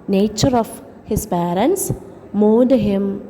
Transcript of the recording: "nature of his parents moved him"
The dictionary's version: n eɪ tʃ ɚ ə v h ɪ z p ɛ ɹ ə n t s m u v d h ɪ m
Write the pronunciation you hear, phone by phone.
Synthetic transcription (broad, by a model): n eɪ tʃ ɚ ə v h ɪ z p ɛ ɹ ə n t s m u d h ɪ m